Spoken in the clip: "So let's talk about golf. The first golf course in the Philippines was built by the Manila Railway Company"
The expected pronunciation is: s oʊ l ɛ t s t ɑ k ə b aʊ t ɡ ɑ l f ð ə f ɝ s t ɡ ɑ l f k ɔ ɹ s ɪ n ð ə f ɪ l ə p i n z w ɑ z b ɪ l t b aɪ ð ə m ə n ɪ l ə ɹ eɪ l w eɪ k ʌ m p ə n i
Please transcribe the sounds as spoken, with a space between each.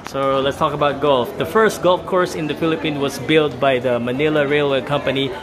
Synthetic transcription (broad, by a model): s oʊ l ɛ t s t ɑ k ə b aʊ t ɡ ɑ l f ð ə f ɝ s t ɡ ɑ l f k ɔ ɹ s ɪ n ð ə f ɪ l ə p i n w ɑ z b ɪ l t b aɪ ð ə m ə n ɪ l ə ɹ eɪ l w eɪ k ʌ m p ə n i